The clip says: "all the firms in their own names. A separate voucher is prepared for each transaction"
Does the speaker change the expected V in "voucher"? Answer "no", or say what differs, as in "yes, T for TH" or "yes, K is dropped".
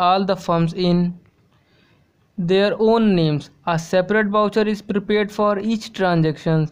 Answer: yes, B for V